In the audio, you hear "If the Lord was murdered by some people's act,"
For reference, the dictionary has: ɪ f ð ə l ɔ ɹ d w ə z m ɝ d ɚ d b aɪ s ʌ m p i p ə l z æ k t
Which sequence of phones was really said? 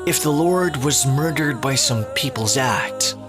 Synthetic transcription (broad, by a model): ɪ f ð ə l ɔ ɹ d w ə z m ɝ d ɚ d b aɪ s ʌ m p i p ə l z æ k t